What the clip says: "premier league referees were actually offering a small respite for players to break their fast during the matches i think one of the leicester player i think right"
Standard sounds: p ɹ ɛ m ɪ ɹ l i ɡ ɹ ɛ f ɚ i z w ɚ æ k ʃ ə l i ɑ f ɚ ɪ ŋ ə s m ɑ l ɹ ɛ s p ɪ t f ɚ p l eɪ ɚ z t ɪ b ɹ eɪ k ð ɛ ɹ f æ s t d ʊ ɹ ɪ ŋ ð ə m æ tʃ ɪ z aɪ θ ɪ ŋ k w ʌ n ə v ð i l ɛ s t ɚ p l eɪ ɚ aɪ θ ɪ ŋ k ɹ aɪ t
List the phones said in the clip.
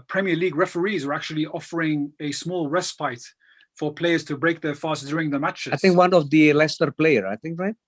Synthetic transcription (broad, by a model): p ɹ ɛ m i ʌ l i ɡ ɹ ɛ f ɚ i z w ɚ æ k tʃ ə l i ɑ f ɚ ɪ ŋ ə s m ɑ l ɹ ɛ s p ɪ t f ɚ p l eɪ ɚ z t ɪ b ɹ eɪ k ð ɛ ɹ f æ s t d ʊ ɹ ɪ ŋ ð ə m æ tʃ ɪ aɪ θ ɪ ŋ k w ʌ n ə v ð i l ɛ s t ɚ p l eɪ ɚ aɪ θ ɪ ŋ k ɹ aɪ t